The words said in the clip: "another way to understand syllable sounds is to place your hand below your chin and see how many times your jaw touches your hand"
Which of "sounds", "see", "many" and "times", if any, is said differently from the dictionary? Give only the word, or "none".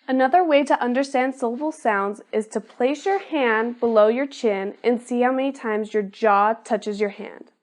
none